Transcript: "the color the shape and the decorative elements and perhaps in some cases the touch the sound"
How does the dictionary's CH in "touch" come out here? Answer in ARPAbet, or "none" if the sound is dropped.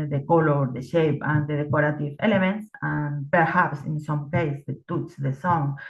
S